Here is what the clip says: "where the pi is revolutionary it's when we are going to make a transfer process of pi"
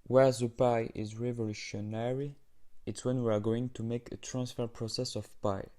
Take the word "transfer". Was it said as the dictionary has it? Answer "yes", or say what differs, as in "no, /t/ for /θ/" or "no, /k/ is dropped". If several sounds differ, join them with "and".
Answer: yes